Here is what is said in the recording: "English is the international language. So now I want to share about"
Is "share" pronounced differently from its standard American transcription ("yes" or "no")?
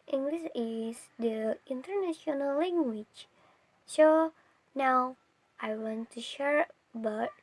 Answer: no